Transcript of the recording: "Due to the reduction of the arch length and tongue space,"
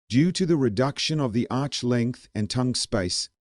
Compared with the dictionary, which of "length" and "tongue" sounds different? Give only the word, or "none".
none